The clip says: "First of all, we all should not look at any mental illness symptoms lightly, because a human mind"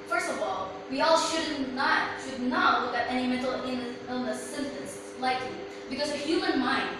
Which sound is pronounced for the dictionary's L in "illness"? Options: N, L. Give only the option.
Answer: N